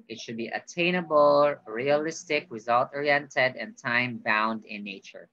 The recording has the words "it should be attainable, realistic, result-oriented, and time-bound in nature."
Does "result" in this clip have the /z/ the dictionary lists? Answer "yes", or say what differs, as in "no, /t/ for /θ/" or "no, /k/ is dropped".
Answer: yes